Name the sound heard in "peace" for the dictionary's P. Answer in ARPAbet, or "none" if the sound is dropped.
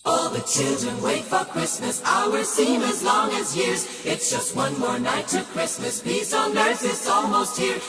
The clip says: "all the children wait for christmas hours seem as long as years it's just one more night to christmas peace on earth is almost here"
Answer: B